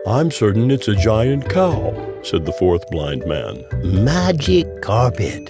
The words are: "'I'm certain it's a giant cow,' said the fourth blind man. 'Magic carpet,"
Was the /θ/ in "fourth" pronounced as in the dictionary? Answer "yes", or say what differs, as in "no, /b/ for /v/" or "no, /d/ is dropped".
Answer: yes